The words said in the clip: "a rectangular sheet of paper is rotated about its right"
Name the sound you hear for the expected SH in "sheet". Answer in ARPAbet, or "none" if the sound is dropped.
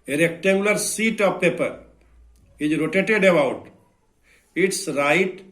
S